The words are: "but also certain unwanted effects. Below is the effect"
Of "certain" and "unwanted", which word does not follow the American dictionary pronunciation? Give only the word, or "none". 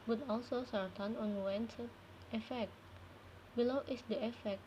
unwanted